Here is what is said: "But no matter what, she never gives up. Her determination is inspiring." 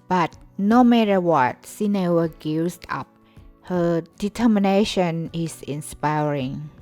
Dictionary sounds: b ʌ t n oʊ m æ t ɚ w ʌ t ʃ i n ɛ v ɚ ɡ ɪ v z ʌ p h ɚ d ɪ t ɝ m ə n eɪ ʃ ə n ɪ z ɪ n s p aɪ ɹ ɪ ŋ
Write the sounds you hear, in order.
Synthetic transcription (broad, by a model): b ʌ t n oʊ m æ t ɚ w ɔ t s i n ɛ w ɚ ɡ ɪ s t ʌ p h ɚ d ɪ t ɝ m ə n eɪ ʃ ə n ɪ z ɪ n s p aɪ ɹ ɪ ŋ